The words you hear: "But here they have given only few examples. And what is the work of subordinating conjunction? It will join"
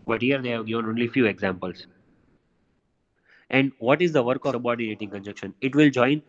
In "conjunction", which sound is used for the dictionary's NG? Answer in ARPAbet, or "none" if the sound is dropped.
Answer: none